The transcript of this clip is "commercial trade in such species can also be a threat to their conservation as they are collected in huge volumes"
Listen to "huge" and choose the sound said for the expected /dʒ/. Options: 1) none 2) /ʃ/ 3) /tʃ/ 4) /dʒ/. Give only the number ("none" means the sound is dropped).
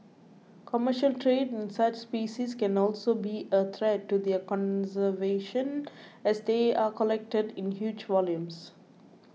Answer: 4